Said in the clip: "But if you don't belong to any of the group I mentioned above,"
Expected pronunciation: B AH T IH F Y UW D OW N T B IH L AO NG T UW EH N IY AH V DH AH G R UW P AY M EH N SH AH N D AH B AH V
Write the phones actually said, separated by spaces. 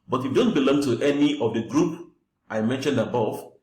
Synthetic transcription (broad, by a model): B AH T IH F D OW N T B IH L AO NG T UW EH N IY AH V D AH G R UW P AY M EH N SH AH N D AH B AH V